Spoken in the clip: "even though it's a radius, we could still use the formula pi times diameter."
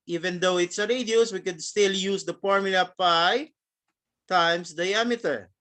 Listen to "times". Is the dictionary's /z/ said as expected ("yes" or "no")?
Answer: no